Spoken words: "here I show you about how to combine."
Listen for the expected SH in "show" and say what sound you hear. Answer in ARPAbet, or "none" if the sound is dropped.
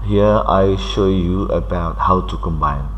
SH